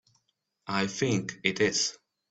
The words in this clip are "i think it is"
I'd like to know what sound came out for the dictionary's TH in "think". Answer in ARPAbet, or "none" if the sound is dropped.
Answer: TH